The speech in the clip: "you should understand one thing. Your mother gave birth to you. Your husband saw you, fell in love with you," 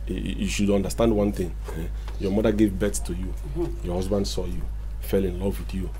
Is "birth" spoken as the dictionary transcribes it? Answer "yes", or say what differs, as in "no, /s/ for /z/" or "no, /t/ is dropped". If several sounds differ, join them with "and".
no, /s/ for /θ/